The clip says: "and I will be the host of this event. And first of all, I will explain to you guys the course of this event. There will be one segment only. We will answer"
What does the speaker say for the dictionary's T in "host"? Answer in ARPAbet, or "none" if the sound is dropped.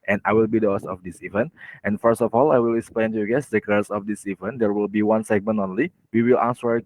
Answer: none